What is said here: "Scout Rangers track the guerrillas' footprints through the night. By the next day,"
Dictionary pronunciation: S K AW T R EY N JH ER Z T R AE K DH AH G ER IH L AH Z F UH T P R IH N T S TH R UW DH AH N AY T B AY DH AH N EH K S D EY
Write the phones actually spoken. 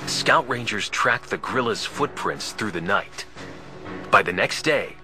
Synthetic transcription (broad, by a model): S K AW T R EY N JH ER Z T R AE K DH AH G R IH L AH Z F UH T P R IH N T S TH R UW DH AH N AY T B AY DH AH N EH K S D EY